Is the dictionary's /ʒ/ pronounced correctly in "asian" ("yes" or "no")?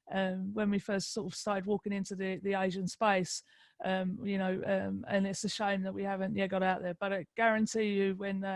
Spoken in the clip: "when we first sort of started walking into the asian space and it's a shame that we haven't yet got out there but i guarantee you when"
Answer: yes